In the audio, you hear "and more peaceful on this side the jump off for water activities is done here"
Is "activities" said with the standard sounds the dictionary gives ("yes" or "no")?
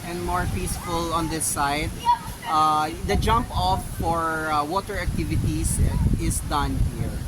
no